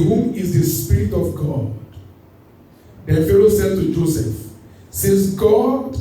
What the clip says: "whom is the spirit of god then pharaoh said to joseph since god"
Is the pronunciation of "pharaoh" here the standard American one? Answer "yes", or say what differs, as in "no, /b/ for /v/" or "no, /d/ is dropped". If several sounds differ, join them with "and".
no, /l/ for /ɹ/